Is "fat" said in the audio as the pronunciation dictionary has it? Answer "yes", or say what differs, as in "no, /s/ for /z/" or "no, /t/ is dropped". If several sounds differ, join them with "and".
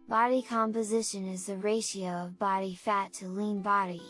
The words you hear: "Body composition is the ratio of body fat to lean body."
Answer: yes